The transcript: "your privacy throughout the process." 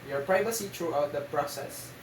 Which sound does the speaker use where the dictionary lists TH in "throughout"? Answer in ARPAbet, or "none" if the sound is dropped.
T